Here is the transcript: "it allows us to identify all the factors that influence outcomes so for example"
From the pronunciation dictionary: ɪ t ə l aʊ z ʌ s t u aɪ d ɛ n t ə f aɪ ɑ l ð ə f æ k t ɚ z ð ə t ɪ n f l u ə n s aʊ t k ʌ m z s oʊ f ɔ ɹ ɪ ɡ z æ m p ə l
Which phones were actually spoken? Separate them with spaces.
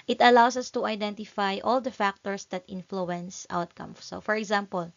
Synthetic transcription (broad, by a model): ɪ t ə l aʊ s ʌ s t u aɪ d ɛ n t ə f aɪ ɑ l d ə f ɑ k t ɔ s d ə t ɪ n f l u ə n s aʊ t k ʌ m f s oʊ f ɔ ɹ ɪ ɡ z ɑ m p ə l